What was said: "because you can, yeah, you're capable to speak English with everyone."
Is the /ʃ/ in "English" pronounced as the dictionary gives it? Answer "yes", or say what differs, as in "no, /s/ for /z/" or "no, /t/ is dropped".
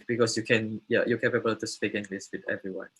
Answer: no, /s/ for /ʃ/